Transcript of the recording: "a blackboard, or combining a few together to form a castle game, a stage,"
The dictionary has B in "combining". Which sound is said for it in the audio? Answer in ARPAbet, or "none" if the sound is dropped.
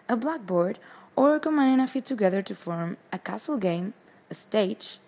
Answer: none